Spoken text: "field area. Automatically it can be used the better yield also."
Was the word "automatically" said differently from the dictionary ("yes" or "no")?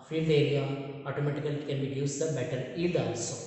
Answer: yes